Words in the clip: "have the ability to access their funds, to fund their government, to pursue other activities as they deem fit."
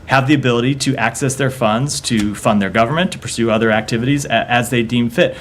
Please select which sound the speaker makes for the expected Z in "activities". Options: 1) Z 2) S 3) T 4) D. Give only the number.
1